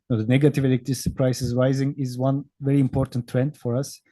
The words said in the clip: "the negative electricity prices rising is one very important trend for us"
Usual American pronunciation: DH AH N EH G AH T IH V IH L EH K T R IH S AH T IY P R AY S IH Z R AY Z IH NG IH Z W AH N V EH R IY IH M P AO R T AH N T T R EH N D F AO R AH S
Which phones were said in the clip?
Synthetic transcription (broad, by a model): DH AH N EH G AH T IH V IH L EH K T IH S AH P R AY S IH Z R AY Z IH NG IH Z W AH N V EH R IY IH M P AO R T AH N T T R EH N D F AO R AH S